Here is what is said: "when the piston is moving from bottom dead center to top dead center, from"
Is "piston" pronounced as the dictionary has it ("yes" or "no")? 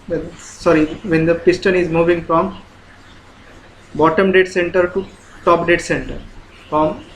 yes